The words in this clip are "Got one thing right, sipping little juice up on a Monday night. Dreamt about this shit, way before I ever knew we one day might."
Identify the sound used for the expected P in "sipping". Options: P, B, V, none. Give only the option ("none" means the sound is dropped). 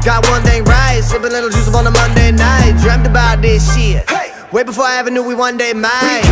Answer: B